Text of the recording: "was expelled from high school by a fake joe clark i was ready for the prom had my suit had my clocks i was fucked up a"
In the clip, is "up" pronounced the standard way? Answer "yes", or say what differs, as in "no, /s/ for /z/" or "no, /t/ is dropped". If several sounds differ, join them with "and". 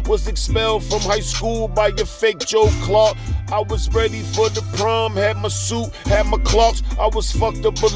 no, /b/ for /p/